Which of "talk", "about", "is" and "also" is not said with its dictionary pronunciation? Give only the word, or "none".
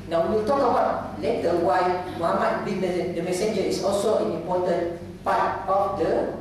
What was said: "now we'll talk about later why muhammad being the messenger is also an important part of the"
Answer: is